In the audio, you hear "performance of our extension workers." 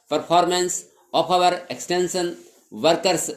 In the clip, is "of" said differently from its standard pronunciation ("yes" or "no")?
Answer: yes